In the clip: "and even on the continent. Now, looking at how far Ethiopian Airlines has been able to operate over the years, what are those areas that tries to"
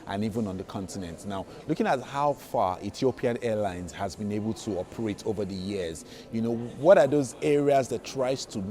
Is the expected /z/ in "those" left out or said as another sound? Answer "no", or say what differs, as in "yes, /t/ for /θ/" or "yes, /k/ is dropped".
no